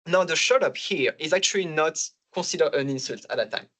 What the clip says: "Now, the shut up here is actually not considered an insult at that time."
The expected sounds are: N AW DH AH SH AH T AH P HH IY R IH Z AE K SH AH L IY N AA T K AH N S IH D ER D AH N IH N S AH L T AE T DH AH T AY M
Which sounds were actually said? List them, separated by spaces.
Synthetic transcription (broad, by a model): N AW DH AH SH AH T AH P HH IY R IH Z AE K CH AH L IY N AA T K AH S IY D ER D AH N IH N S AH L T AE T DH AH T AY M